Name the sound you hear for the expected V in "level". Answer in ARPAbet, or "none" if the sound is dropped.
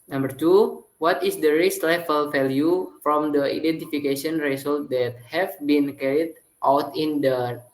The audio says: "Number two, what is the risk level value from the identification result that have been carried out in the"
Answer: F